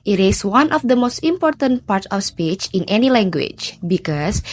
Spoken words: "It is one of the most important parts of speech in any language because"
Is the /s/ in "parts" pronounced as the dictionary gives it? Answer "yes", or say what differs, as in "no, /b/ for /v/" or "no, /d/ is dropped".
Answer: no, /s/ is dropped